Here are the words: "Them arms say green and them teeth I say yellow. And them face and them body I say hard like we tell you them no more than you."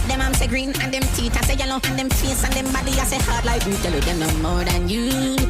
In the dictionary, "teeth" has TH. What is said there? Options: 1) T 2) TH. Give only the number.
1